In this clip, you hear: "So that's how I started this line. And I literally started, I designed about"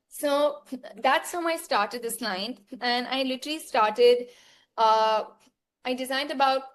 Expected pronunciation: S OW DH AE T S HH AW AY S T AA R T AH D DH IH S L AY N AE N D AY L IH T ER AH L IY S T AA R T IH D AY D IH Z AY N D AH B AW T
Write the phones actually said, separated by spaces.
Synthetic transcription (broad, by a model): S OW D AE T S HH AW AY S T AA R T AH D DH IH S N AY N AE N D AY L IH T ER AH L IY S T AA R T IH D AY D IH Z AY N D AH B AW T